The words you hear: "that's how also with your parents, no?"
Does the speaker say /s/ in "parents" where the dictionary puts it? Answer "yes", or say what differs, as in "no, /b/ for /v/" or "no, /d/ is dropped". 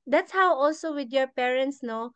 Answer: yes